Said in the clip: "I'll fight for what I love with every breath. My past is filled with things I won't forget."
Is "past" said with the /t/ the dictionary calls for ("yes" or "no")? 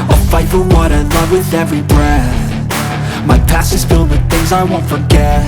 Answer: no